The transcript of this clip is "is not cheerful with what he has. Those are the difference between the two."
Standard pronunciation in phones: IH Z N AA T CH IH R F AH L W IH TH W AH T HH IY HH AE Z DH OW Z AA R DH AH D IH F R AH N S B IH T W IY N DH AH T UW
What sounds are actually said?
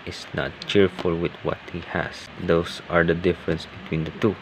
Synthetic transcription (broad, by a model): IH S N AA T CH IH R F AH L W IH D W AH T HH IY HH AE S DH OW S AA R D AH D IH F R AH N S B IH T W IY N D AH T UW